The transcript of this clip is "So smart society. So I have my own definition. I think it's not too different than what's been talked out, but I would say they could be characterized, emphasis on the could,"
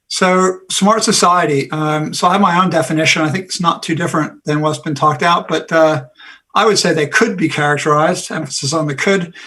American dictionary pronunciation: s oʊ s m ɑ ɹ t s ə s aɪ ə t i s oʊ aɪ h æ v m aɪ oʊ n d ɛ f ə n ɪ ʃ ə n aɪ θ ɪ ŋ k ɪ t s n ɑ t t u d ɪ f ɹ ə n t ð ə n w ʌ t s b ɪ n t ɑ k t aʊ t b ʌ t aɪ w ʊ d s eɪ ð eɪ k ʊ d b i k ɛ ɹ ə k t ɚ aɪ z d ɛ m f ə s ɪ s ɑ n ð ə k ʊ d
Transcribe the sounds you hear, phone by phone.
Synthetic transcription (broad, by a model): s oʊ s m ɑ ɹ t s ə s aɪ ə t i s oʊ aɪ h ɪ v m aɪ oʊ n d ɛ f ə n ɪ ʃ ə n aɪ θ ɪ ŋ k ɪ t s n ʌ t t u d ɪ f ɹ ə n ð ə n w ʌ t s b ɪ n t ɑ k t aʊ t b ʌ t aɪ w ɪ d s eɪ ð eɪ k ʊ d b i k ɛ ɹ ə k t ɚ aɪ z d ɛ m f ə s ɪ s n ð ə k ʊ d